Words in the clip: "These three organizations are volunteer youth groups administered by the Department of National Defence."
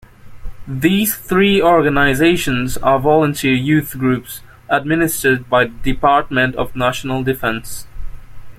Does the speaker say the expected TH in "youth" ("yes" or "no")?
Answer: yes